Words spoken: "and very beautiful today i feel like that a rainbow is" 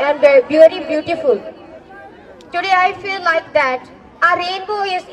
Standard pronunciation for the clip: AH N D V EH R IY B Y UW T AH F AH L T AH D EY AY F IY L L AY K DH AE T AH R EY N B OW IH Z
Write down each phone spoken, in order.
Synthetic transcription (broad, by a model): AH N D B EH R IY B Y UW T AH F AH L T AH D EY AY F IY L L AY K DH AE T AH R EY N B OW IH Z